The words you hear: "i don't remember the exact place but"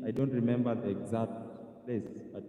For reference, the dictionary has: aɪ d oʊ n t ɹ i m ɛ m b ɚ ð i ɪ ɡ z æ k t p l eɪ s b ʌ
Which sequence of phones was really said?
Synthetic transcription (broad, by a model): aɪ d oʊ n t ɹ i m ɛ m b ɚ ð i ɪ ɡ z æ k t p l eɪ s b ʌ